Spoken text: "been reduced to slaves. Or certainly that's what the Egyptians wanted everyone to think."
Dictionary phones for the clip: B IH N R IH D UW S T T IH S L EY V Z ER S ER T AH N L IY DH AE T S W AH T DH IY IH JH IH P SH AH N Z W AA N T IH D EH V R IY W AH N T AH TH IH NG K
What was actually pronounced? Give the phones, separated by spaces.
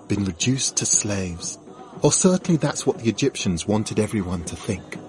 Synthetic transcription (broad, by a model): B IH N R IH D UW S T T IH S L EY V Z ER S ER T N L IY DH AE T S W AH T DH IY IH JH IH P SH AH N Z W AA N T IH D EH V R IY W AH N T AH TH IH NG K